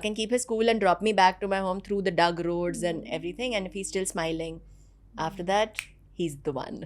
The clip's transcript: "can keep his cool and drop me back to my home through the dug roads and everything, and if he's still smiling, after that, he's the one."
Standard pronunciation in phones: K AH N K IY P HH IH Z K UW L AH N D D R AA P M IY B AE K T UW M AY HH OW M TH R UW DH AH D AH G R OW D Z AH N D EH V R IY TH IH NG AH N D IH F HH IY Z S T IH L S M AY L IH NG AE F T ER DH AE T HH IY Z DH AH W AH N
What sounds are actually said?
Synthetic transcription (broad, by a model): K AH N K IY P HH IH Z K UW L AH N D D R AA P M IY B AE K T UW M AY HH OW M T R UW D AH D AH G R OW D Z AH N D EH V R IY T IH NG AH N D IH F HH IY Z S T IH L S M AY L IH NG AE F T ER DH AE T HH IY Z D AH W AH N